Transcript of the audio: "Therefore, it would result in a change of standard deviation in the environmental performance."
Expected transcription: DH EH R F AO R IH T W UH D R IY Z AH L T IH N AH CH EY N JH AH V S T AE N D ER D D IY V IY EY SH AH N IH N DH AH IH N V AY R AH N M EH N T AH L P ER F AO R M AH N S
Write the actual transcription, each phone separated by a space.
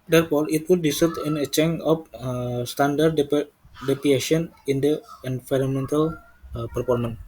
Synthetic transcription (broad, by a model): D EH R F AO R IH T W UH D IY S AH T IH N AH CH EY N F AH S T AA N D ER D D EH P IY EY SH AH N IH N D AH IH N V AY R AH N M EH N T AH L P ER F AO R M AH N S